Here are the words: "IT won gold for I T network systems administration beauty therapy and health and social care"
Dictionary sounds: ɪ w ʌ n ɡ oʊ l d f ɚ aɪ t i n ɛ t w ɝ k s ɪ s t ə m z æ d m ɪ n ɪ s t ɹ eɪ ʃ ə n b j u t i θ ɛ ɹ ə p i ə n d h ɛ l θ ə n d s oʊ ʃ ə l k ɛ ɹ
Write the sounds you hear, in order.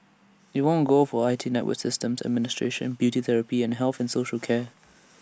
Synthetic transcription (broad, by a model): ɪ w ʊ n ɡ oʊ f ɚ aɪ t i n ɛ t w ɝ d s ɪ s t ə m z æ d m ɪ n ɪ s t ɹ eɪ ʃ ə n b j u t i θ ɛ ɹ ə p i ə n h ɛ l θ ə n s oʊ ʃ ə l k ɛ